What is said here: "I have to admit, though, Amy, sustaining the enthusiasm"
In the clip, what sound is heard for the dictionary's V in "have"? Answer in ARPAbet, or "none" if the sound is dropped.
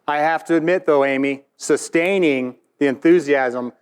F